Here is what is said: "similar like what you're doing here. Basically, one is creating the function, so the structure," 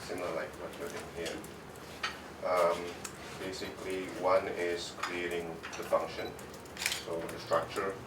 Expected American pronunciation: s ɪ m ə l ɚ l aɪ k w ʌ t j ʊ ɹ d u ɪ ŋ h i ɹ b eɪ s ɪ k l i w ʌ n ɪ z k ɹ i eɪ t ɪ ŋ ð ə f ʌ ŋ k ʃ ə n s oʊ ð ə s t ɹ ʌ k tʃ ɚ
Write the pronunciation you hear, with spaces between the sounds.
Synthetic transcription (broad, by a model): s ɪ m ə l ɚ l aɪ k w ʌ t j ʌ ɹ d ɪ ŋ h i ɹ b eɪ s ɪ k l i w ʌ n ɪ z k ɹ i eɪ t ɪ ŋ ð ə f ʌ ŋ k ʃ ə n s oʊ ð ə s t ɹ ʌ k tʃ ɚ